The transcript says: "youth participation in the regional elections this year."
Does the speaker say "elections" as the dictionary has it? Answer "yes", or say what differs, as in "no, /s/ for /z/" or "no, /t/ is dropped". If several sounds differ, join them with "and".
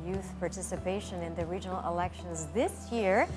yes